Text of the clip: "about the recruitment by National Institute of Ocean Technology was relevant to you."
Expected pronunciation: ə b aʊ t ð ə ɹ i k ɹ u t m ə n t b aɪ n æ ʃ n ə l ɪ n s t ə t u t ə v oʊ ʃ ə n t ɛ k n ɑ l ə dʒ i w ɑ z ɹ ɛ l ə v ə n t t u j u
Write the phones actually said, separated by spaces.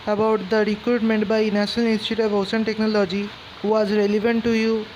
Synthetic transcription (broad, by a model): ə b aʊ t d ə ɹ i k ɹ u t m ə n t b aɪ n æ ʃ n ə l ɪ n s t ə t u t ə v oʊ s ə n t ɛ k n ɑ l ə dʒ i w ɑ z ɹ ɛ l ə v ə n t t u j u